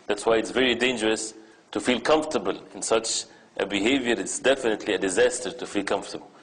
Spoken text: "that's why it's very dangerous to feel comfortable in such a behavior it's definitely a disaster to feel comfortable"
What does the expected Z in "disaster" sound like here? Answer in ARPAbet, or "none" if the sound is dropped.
Z